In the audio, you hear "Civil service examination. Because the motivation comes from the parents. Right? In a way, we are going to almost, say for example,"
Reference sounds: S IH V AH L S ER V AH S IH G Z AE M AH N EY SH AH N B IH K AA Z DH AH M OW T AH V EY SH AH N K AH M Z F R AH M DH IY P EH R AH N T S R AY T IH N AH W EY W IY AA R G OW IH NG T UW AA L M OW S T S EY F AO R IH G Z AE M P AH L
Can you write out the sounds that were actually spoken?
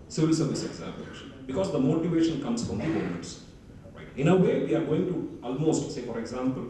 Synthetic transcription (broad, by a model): S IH V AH L S ER V AH S IH G Z AE M AH N EY SH AH N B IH K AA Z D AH M OW T AH V EY SH AH N K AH M S F R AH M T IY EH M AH T S R AY T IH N AH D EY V IY AA R G OW IH NG T UW AA L M OW S T S EY F AO R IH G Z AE M P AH L